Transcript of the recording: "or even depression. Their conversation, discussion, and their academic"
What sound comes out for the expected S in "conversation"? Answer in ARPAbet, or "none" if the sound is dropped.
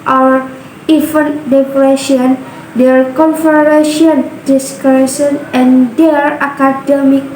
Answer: none